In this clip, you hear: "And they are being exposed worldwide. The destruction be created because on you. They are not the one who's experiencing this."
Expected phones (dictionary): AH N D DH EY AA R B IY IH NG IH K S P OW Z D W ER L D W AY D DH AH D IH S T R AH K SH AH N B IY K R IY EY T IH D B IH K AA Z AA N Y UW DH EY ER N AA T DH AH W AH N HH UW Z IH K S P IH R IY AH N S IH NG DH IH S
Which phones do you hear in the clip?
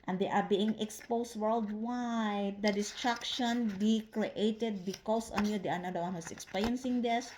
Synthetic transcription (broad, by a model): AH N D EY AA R B IY IH NG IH K S P OW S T W ER L D W AY D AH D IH S T R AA K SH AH N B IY K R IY EY T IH D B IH K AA S AA N Y UW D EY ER N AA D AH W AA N HH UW S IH K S P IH R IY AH N S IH NG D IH S